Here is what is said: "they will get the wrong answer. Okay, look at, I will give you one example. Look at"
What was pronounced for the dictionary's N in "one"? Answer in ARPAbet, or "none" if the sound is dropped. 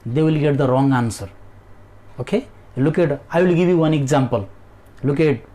N